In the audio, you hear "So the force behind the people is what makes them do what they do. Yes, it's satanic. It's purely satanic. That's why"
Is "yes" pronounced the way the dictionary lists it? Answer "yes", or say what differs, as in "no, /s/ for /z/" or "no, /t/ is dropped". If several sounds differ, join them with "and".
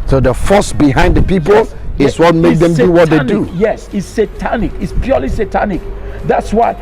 yes